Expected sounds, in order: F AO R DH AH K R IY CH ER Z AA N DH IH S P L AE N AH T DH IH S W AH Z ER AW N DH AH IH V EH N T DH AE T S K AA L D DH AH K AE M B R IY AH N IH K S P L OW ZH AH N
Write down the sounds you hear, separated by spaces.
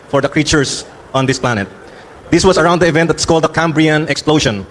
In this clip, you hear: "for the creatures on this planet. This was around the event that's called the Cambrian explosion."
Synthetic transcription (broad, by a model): F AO R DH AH K R IY CH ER S AA N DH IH S P L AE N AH T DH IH S W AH S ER AW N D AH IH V EH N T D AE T S K AA L D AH K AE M B R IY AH N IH K S P L OW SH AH N